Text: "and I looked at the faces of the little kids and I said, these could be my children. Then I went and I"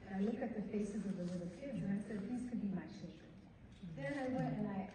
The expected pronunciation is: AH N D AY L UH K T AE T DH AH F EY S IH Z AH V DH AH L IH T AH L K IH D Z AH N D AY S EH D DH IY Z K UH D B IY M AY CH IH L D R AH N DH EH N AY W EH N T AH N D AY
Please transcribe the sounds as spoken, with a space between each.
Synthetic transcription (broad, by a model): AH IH L UH K IH T DH AH F EY S IH Z AH V DH AH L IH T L K IH D Z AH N AY S EH D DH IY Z K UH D B IY M AY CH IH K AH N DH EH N AY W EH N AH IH